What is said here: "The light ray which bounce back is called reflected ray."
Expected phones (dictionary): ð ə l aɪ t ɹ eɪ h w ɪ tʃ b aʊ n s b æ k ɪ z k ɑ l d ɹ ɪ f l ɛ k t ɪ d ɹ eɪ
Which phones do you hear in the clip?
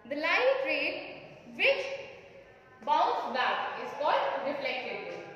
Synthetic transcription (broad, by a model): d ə l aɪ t ɹ eɪ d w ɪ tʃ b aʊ s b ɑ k ɪ z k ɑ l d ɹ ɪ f l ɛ k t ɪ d